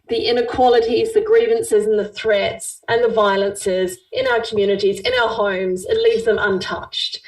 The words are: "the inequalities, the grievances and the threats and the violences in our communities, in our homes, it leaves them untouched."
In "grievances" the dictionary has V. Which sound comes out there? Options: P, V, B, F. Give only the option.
V